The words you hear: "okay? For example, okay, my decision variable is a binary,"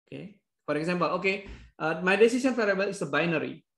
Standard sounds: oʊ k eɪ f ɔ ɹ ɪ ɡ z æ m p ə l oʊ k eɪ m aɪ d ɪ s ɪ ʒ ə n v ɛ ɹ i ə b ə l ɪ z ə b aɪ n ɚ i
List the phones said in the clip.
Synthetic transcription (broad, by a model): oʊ k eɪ f ɔ ɹ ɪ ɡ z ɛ m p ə l oʊ k eɪ m aɪ d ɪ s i s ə n f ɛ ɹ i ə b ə l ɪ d ə b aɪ n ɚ i